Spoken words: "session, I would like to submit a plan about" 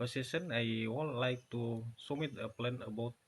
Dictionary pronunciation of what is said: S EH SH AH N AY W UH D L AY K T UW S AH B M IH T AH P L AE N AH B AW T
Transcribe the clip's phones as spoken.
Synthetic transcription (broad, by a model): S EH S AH N AY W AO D L AY K T UW S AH M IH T AH P L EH N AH B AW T